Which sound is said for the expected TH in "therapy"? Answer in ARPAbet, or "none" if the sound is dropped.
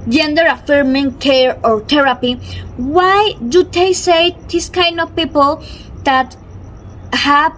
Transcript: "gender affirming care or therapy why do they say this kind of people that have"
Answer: T